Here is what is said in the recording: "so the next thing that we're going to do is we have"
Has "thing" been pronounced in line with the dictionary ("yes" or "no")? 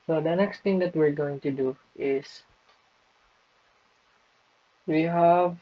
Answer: no